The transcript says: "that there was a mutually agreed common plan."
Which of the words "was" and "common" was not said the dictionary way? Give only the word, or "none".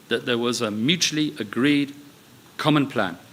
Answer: none